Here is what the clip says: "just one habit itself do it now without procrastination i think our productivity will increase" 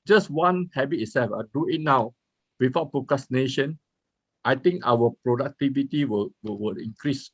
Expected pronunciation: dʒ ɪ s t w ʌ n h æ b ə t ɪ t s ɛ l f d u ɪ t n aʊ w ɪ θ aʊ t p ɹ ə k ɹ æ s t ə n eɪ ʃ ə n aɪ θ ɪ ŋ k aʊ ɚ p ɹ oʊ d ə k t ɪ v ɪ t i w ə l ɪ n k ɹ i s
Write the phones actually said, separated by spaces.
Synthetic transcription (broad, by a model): dʒ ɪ s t w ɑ n h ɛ b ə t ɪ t s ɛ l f d u ɪ t n aʊ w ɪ f aʊ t p ɹ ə k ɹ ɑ s t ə n eɪ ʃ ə n aɪ t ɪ ŋ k aʊ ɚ p ɹ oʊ d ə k t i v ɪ t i w ə l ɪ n k ɹ i s